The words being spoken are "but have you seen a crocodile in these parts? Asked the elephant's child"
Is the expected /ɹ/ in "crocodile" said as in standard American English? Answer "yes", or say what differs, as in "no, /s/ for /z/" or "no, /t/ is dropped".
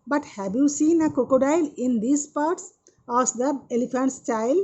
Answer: no, /ɹ/ is dropped